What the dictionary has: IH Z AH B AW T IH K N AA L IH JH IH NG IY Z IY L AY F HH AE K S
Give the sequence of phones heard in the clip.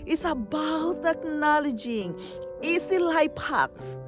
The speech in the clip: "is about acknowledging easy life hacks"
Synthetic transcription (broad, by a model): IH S AH B AW T IH K N AA L IH JH IH NG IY S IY L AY P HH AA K S